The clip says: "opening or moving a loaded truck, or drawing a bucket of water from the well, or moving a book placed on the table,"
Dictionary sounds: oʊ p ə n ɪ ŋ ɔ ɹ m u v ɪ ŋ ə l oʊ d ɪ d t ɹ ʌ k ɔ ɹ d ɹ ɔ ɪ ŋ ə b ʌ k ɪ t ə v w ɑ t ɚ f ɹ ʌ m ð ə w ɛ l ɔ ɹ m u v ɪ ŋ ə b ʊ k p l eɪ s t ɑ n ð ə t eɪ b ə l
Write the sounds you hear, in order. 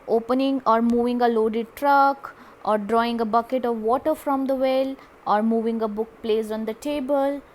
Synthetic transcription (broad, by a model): oʊ p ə n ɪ ŋ ɔ ɹ m u v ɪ ŋ ə l oʊ d ɪ d t ɹ ʌ k ɔ ɹ d ɹ ɔ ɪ ŋ ə b ʌ k ɪ t ə v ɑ t ɚ f ɹ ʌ m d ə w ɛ l ɔ ɹ m u v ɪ ŋ ə b ʊ k p l eɪ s ɑ n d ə t eɪ b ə l